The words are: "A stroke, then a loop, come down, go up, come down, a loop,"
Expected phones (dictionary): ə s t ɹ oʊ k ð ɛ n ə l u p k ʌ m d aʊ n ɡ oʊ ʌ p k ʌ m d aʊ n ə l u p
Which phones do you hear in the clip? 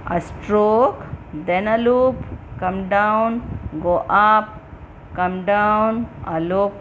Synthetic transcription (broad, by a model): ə s t ɹ oʊ k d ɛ n ə l u p k ʌ m d aʊ n ɡ oʊ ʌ p k ʌ m d aʊ n ə l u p